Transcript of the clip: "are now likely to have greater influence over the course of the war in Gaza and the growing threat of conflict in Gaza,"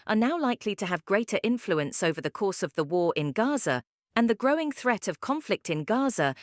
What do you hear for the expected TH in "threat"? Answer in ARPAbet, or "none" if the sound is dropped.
TH